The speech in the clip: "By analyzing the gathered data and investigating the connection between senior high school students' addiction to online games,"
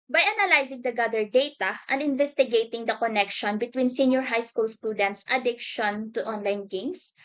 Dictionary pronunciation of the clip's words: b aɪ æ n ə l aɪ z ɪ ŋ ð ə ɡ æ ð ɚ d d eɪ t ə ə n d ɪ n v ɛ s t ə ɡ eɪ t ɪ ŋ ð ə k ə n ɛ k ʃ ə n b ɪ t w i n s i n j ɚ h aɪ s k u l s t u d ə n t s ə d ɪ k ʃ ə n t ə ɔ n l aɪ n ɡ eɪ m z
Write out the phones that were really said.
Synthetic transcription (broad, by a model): b aɪ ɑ n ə l aɪ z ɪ ŋ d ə ɡ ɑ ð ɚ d d eɪ t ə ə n ɪ n v ɛ s t ə ɡ eɪ t ɪ ŋ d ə k ə n ɛ k ʃ ə n b ɪ t w i n s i n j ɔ h aɪ s k u l s t u d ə n t s ə d ɪ k ʃ ə n t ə ɔ n l aɪ n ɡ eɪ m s